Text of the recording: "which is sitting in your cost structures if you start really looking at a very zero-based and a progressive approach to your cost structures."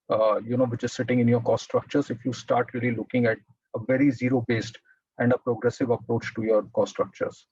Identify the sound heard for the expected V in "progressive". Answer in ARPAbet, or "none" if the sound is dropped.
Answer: V